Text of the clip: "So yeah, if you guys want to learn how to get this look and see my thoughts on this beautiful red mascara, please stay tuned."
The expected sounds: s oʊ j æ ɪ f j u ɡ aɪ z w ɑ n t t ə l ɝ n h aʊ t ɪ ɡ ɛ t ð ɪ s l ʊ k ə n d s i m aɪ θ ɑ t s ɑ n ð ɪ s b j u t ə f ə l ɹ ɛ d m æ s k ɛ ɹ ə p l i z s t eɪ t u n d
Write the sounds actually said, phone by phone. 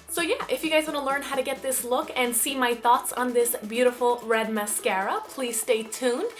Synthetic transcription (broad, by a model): s oʊ j æ ɪ f j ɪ ɡ aɪ z w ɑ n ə l ɝ n h aʊ t ɪ ɡ ɛ t ð ɪ s l ʊ k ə n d s i m aɪ θ ɑ t s n ð ɪ s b j u t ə f l ɹ ɛ d m æ s k ɛ ɹ ə p l i z s t eɪ t u n